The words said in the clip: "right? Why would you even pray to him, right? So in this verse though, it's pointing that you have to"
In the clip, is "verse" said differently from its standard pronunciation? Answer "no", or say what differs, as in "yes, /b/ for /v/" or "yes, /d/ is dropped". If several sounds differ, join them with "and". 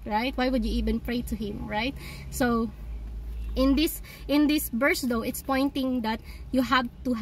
yes, /b/ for /v/